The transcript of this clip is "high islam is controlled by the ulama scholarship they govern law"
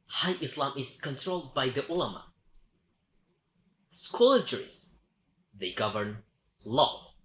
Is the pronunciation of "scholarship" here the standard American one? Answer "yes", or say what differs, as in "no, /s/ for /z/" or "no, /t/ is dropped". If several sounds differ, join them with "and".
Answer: no, /ʃ/ is dropped